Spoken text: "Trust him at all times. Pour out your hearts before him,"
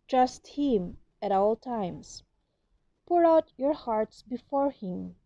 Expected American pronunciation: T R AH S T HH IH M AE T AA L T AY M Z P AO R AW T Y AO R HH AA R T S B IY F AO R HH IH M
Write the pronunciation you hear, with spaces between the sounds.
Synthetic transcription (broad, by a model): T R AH S T HH IH M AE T AA L T AY M S P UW R AW T Y AO R HH AA R T S B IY F AO R HH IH M